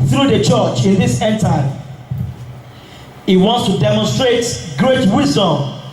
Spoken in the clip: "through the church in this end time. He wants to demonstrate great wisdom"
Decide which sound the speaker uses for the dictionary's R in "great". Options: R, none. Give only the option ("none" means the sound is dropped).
R